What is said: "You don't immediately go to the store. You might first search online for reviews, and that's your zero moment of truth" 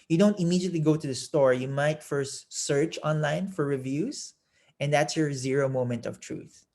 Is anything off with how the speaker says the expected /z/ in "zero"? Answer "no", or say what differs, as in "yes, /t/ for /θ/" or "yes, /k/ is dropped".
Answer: no